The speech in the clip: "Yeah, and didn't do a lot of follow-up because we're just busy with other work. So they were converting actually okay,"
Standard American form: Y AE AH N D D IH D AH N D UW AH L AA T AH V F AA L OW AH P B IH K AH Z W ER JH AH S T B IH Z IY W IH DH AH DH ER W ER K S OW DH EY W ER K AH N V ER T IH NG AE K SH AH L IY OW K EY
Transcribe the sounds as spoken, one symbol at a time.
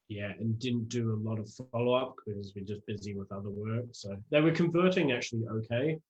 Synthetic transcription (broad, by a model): Y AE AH N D D IH D N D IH AH L AA T AH V F AA L OW AH P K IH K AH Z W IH JH AH S B IH Z IY W IH DH AH DH ER W ER K S OW DH EY W ER K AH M V ER T IH NG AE K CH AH L IY OW K EY